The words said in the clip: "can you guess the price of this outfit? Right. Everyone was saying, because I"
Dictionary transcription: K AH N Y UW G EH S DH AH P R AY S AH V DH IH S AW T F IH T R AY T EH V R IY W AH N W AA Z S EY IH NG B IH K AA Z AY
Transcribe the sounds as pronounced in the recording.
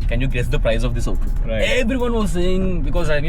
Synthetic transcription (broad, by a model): K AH N Y UW G EH S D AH P R AY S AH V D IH S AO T IH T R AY EH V R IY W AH N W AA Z S EY IH NG B IH K AA Z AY